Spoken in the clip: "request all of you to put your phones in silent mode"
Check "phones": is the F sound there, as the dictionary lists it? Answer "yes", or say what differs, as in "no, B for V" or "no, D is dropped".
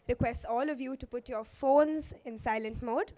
yes